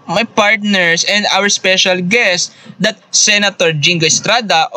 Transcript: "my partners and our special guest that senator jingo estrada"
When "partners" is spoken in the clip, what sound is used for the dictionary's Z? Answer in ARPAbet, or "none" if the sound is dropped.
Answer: S